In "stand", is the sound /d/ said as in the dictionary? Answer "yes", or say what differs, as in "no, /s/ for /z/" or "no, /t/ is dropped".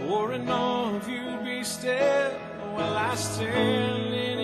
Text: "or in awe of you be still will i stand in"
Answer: no, /d/ is dropped